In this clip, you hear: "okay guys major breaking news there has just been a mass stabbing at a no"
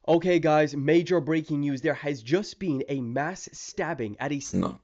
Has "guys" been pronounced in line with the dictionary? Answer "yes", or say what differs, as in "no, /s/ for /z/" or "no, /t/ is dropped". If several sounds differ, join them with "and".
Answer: yes